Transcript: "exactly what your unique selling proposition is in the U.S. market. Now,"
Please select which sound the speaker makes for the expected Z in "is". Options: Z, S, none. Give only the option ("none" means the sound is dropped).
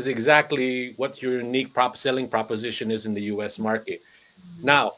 Z